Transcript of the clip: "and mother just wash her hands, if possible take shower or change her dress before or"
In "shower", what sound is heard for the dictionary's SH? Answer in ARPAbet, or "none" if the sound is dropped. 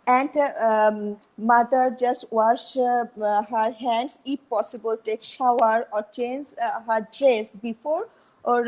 SH